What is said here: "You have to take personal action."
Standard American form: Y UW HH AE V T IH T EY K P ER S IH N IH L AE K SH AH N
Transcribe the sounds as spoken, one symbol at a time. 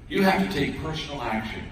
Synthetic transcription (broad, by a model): Y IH HH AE F T IH T EY K P ER S N L AE K SH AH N